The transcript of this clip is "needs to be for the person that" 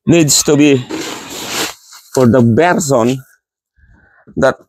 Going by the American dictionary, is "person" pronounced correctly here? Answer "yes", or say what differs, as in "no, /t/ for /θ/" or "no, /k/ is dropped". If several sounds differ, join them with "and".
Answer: no, /b/ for /p/